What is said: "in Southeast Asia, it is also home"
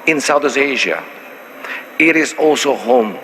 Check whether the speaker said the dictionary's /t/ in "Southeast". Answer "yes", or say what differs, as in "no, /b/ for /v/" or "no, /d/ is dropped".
no, /t/ is dropped